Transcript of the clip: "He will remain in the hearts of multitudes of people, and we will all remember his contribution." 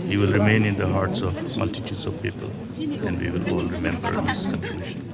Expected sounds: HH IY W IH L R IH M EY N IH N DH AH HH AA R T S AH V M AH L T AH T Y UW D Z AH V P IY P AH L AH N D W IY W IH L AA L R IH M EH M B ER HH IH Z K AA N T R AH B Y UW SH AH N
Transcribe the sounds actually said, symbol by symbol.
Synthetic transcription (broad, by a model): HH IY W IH L R IH M EY N IH N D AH HH AA R T S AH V M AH L T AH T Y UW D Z AH V P IY P AH L AH N D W IY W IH L AA L R IH M EH M B ER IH S K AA N T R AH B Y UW SH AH N